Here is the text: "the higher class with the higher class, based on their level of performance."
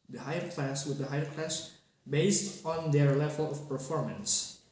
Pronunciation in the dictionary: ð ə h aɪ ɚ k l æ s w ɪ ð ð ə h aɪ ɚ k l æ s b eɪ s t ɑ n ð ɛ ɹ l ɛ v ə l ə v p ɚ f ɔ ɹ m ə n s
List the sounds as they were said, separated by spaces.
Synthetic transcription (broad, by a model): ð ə h aɪ ɚ k l æ s w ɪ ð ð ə h aɪ ɚ k l æ s b eɪ s t ɑ n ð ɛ ɹ l ɛ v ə l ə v p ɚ f ɔ ɹ m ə n s